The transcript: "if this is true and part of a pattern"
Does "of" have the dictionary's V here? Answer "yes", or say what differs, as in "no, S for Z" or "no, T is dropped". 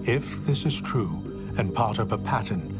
yes